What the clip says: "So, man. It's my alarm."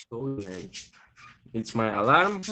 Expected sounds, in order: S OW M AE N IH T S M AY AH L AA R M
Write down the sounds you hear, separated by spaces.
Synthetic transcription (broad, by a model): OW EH IH T S M AY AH L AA R M